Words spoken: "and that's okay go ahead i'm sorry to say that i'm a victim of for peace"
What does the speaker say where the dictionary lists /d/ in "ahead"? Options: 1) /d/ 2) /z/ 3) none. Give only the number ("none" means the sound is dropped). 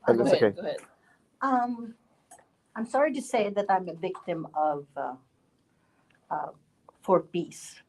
3